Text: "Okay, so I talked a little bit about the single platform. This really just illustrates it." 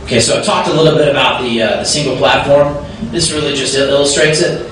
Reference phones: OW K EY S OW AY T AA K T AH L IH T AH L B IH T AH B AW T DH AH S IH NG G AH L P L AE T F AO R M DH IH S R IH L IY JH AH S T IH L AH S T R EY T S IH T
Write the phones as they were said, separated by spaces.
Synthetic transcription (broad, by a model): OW K EY S OW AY T AA K T AH L IH T L B IH T AH B AW T DH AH S IH NG G L P L AE T F AO R M DH IH S R IH L IY JH AH S T IH L AH S T R EY T S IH T